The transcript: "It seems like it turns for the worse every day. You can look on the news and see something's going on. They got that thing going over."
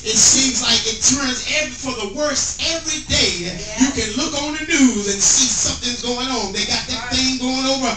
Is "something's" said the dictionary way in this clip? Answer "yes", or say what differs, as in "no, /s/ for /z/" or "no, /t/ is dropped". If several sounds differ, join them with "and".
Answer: yes